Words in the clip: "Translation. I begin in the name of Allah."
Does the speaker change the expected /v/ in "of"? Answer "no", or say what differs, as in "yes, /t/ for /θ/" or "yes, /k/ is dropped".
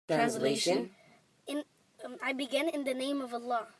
no